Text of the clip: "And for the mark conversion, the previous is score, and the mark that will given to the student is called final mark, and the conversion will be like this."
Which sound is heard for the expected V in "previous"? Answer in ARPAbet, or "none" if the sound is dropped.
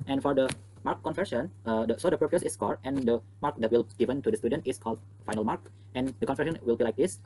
P